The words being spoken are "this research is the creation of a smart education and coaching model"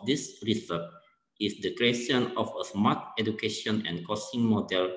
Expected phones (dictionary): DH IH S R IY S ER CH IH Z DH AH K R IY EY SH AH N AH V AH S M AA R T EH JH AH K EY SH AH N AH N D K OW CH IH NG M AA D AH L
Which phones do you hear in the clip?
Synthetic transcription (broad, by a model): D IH S R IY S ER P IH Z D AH K R IY EY SH AH N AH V AH S M AA T EH JH AH K EY SH AH N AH N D K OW S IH NG M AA D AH L